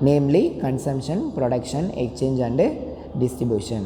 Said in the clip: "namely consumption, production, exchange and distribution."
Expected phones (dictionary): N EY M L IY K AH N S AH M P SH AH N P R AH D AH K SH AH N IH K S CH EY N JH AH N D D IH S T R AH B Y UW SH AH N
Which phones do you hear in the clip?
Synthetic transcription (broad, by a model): N EY M L IY K AH N S AH M P SH AH N P R AH D AH K SH AH N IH K CH EY N JH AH N D D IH S T R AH B Y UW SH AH N